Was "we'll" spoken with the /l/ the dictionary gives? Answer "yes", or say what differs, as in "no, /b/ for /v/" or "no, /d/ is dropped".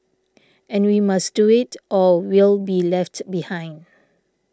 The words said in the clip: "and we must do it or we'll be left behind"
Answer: yes